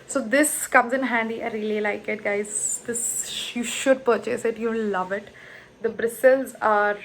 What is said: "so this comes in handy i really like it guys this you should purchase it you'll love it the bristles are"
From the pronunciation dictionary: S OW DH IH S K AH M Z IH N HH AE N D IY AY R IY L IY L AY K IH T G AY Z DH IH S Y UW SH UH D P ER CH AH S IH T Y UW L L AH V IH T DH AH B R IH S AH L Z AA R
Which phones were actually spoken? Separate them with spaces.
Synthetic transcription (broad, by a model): S OW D IH S K AH M Z IH N HH AE N D IY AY R IY L IY L AY K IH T G AY Z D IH S Y UW SH UH D P ER CH AH S IH T Y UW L L AH V IH T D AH B R IH S AH L Z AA R